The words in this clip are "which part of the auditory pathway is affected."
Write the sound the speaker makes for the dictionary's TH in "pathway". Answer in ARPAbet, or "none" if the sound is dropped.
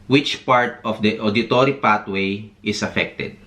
T